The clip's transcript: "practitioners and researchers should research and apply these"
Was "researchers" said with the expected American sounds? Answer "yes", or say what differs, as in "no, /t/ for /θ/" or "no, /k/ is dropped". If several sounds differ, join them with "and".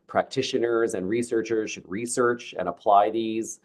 yes